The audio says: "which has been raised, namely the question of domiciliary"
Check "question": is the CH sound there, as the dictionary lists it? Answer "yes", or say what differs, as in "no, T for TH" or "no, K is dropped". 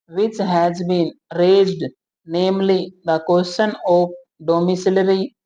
no, SH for CH